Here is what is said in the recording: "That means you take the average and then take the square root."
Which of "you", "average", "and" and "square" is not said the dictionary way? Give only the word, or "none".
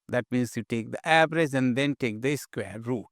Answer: average